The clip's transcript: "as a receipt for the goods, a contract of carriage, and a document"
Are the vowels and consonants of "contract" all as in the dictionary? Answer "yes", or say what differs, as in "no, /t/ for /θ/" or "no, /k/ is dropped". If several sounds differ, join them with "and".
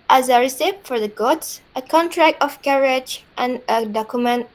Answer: yes